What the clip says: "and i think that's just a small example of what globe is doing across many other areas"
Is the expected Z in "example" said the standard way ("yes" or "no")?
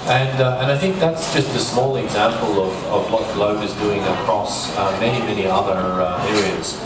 yes